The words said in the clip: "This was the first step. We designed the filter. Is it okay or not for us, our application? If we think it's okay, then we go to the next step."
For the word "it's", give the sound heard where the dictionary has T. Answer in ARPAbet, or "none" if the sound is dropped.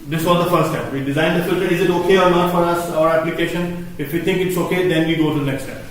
T